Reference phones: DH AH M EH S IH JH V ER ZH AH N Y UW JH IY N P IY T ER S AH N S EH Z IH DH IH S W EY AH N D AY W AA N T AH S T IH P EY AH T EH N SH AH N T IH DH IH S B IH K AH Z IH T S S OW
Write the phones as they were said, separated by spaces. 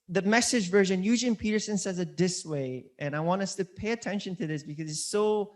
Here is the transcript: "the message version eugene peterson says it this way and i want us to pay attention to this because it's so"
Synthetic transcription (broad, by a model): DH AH M EH S IH JH V ER ZH AH N Y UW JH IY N P IY T ER S AH N S EH Z IH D IH S W EY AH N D AY W AA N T AH S T IH P EY AH T EH N SH AH N T IH DH IH S B IH K AH Z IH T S S OW